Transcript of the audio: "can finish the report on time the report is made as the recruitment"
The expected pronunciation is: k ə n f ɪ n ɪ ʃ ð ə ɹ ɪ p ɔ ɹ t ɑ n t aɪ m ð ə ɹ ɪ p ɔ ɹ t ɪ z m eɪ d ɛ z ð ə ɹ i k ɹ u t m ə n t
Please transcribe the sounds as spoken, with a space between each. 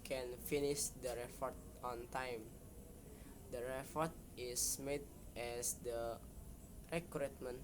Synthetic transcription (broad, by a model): k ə n f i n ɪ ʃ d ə ɹ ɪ f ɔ ɹ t ɑ n t aɪ m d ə ɹ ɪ f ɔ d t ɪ s m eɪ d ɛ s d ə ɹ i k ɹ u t m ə n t